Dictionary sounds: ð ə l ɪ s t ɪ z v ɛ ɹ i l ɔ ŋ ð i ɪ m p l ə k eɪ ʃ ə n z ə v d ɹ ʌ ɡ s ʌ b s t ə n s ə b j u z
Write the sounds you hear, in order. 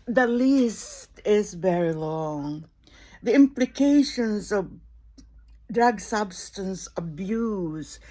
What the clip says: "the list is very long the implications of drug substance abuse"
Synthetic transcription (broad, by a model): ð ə l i s t ɪ z v ɛ ɹ i l ɔ ŋ ð i ɪ m p l ə k eɪ ʃ ə n z ə v d ɹ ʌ ɡ s ʌ b s t ə n s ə b j u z